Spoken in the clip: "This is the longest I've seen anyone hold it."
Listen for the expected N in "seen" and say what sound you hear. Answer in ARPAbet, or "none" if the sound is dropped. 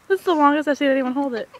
none